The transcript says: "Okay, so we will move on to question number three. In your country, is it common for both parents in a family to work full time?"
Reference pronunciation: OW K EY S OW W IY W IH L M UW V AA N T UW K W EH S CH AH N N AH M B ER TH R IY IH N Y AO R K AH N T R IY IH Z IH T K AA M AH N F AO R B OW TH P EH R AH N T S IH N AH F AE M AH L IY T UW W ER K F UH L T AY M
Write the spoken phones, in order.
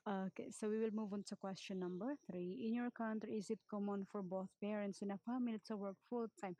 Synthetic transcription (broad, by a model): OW K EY S OW W IY W IH L M UW V AA N T UW K W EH S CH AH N N AH M B ER TH R IY IH N Y AO R K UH N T IY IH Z IH T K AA M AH N F AO R B OW TH P EH R AH N T S IH N AH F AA M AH L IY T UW W ER K F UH L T AY M